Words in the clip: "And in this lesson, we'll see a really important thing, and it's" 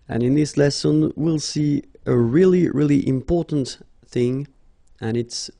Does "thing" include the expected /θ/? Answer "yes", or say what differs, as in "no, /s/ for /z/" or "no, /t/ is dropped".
yes